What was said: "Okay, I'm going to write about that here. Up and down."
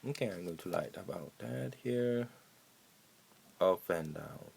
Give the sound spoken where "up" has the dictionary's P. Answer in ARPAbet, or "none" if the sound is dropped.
F